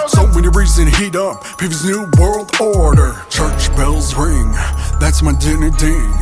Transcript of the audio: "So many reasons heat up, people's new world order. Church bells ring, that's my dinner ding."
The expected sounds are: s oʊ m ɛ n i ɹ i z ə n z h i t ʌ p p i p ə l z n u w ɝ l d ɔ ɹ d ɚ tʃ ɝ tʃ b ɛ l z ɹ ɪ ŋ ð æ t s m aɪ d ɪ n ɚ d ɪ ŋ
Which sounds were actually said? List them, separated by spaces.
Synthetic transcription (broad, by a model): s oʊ m ɛ n i ɹ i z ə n h i t ʌ p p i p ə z n u w ɝ l d ɔ ɹ d ɚ tʃ ɝ tʃ b ɛ l z ɹ ɪ ŋ ð æ t s m aɪ d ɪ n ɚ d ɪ